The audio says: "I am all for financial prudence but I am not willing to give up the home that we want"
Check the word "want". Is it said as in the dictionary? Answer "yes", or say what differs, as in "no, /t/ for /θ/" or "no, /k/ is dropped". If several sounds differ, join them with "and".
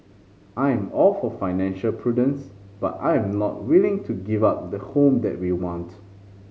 yes